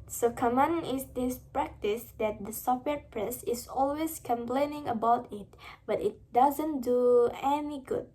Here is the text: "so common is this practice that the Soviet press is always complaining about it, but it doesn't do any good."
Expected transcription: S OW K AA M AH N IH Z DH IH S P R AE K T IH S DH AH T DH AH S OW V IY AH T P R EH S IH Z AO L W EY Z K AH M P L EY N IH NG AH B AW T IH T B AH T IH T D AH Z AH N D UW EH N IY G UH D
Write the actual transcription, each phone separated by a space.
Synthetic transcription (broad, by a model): S OW K AA M AH N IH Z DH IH S P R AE K T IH S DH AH T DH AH S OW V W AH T P R EH S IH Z AO L W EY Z K AH M P L EY N IH NG AH B AW T IH T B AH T IH T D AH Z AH N D UW EH N IY G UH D